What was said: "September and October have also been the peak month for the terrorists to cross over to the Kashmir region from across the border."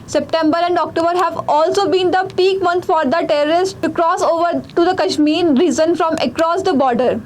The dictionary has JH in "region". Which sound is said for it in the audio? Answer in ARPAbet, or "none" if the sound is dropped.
Z